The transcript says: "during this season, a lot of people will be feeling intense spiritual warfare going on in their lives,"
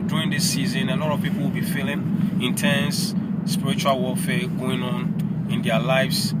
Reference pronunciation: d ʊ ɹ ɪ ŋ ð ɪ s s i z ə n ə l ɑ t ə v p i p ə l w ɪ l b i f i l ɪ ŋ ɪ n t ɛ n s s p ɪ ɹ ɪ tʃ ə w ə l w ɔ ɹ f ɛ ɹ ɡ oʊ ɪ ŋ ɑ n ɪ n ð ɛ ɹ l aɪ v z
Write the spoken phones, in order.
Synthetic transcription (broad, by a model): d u ɹ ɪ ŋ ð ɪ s s i z ə n ə n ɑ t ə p i p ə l w ɪ l b i f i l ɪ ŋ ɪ n t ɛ n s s p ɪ ɹ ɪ tʃ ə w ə l w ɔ l f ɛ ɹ ɡ oʊ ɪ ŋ ɑ n ɪ n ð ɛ l aɪ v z